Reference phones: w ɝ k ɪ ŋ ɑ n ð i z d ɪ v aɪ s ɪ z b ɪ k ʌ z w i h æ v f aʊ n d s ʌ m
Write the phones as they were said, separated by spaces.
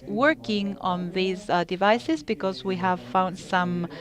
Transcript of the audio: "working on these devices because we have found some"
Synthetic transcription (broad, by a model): w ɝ k ɪ ŋ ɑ n ð i z d ɪ v aɪ s ɪ z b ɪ k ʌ z w i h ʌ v f aʊ n d s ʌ m